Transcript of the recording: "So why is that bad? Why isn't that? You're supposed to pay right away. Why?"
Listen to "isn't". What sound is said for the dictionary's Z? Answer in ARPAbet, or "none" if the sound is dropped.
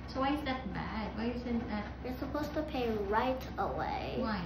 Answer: S